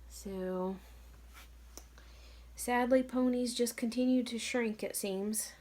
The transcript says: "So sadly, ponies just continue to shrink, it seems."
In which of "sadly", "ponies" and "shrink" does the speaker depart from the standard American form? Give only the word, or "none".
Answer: none